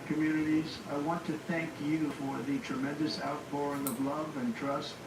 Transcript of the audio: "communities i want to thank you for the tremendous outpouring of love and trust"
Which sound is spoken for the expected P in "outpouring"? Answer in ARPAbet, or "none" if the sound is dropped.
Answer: B